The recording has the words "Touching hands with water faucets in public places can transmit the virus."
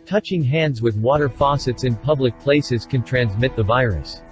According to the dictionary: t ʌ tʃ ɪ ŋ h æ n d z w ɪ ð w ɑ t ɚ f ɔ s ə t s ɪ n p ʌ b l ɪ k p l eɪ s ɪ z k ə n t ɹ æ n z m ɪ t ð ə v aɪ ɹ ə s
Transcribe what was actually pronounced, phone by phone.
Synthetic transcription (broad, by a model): t ʌ tʃ ɪ ŋ h æ n d z w ɪ ð w ɑ t ɚ f ɔ s ə t s ɪ n p ʌ b l ɪ k p l eɪ s ɪ z k ə n t ɹ æ n z m ɪ t ð ə v aɪ ɹ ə s